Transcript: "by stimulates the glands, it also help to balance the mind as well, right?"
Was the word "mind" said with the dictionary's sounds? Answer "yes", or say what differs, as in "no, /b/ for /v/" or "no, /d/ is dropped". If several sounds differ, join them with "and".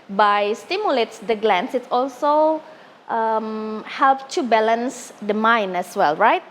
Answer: no, /d/ is dropped